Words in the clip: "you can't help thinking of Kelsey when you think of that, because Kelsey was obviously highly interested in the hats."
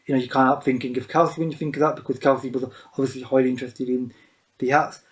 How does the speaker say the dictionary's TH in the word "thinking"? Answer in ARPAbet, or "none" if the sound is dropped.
TH